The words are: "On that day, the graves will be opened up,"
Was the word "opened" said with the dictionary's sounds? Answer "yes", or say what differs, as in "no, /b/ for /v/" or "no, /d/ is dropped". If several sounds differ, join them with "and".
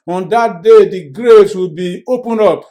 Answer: no, /d/ is dropped